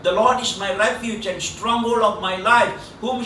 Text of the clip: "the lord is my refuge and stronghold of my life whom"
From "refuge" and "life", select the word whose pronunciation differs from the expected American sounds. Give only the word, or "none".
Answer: refuge